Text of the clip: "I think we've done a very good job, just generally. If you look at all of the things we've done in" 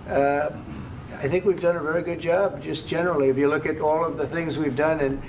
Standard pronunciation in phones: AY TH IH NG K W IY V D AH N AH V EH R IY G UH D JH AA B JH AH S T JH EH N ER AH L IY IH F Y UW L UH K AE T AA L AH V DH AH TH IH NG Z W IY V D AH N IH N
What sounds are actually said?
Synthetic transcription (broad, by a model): AY TH IH NG K W IY V D AH N AH V EH R IY G UH D JH AA B JH AH S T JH EH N ER L IY IH F Y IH L UH K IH T AA L AH V DH AH TH IH NG Z W IY V D AH N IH N